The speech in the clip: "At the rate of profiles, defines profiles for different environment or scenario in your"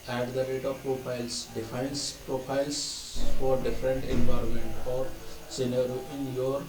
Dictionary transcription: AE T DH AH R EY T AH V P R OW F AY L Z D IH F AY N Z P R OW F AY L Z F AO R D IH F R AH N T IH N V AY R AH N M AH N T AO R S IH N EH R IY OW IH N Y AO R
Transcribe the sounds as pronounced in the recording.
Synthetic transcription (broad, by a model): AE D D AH R EY T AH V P R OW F AY L S D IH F AY N S P R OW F AY L S F AO R D IH F R AH N T IH N V AY R AH N M AH N T AO R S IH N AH R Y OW IH N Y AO R